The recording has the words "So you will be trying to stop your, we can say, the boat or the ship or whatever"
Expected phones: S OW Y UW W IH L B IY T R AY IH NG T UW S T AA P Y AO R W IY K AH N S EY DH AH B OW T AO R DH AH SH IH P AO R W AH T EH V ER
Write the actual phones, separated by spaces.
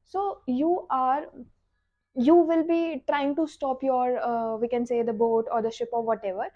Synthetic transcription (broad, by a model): S OW Y UW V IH L B IY T R AY IH NG T UW S T AA P Y AO R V IY K AH N S EY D AH B OW T AO R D AH SH IH P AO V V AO T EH V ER